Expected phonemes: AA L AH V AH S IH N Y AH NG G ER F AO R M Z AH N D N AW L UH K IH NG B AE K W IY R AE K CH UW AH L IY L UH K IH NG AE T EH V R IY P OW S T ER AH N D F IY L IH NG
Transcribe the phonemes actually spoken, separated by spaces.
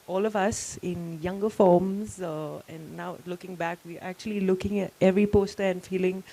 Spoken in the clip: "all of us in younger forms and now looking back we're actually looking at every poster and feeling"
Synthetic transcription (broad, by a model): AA L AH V AH S IH N Y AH NG G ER F AO R M Z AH N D N AW L UH K IH NG B AE K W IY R AE K CH UW AH L IY L UH K IH NG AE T EH V R IY P OW S T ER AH N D F IY L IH NG